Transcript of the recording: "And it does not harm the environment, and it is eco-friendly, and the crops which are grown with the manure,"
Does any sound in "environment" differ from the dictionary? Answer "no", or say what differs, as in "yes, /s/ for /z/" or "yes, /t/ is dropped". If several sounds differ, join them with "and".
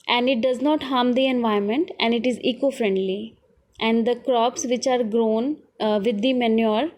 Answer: yes, /ɹ/ is dropped